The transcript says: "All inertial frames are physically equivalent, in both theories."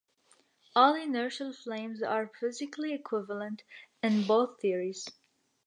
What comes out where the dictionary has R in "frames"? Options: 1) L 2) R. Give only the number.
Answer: 1